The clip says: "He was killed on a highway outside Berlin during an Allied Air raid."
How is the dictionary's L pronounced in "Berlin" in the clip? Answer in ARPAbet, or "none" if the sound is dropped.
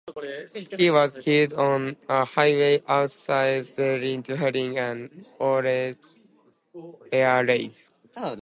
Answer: none